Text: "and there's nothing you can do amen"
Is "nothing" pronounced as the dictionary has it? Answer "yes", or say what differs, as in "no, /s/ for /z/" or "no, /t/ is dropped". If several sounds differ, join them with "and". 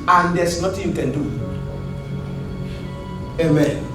no, /t/ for /θ/